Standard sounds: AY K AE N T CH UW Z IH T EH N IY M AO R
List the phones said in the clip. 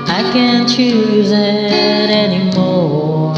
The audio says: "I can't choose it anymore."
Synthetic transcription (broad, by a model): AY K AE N CH UW Z IH T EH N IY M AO